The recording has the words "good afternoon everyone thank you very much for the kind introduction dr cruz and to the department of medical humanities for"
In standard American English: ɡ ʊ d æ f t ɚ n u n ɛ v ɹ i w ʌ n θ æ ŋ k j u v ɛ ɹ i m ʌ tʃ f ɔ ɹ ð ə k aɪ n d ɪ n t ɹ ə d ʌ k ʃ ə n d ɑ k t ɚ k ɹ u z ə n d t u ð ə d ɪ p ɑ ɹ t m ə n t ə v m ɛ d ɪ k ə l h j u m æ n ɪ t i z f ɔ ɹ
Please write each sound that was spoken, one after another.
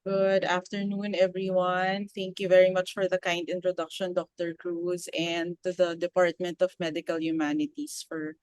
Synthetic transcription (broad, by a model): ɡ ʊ d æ f t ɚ n u n ɛ v ɹ i w ʌ n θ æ ŋ k j u v ɛ ɹ i m ʌ tʃ f ɔ ɹ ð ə k aɪ n d ɪ n t ɹ ə d ʌ k ʃ ə n d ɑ k t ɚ k ɹ u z ə n d t u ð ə d ɪ p ɑ ɹ t m ə n t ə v m ɛ d ɪ k ə l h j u m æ n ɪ t i s f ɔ ɹ